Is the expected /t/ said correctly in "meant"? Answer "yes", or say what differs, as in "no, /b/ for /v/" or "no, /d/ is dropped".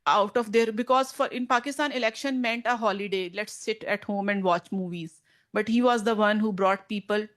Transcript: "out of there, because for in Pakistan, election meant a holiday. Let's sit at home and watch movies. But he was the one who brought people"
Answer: yes